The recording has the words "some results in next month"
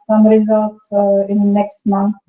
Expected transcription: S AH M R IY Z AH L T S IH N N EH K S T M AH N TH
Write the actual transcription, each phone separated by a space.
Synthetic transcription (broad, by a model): S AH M R IY Z AH L T S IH N N EH K S T M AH N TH